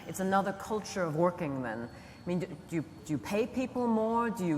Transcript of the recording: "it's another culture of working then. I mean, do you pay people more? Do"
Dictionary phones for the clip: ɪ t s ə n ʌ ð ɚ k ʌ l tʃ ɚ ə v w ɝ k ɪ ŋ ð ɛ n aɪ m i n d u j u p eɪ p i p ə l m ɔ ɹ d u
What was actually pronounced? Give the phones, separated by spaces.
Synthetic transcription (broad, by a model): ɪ t s ə n ʌ ð ɚ k ʌ l tʃ ɚ ə v w ɝ k ɪ ŋ ð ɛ n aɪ m i n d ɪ j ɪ p eɪ p i p l m ɔ ɹ d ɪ